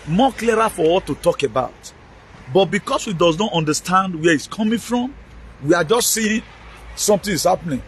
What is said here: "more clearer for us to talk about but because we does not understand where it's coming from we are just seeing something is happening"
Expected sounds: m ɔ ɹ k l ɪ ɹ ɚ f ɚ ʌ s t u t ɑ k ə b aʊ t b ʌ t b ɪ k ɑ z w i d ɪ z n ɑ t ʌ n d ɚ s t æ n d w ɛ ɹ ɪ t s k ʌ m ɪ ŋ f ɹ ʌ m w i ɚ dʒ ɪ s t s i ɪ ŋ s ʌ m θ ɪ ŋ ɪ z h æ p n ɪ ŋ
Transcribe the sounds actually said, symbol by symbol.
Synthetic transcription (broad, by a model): m ɔ k l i ɹ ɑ f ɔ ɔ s t u t ɑ k ə b aʊ t b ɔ t b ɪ k ɑ s w i d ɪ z n ɑ t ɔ n d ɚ s t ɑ n d w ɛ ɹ ɪ t s k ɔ m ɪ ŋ f ɹ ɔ m w i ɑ dʒ ɪ s t s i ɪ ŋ s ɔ m t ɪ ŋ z h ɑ p n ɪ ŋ